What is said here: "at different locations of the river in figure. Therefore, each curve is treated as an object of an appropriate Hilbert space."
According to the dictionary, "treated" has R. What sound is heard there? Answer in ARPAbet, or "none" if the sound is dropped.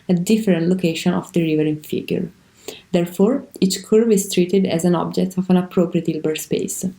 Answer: R